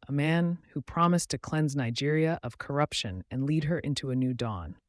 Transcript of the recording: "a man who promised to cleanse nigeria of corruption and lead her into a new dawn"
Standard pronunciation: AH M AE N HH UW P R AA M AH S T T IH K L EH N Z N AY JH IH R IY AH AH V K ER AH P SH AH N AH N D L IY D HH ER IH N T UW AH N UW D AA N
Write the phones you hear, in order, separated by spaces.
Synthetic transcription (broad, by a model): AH M AE N HH UW P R AA M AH S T T IH K L EH N Z N AY JH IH R IY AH AH V K ER AH P SH AH N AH N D L IY D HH ER IH N T UW AH N UW D AA N